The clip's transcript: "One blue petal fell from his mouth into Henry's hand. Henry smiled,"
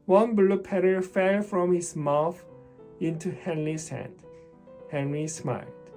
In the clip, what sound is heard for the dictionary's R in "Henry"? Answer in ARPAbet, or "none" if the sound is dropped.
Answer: R